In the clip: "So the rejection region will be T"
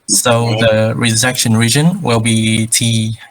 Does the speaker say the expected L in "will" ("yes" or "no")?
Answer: yes